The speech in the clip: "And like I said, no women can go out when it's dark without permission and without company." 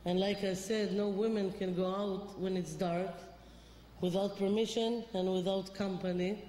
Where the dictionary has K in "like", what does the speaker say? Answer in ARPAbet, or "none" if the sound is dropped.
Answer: K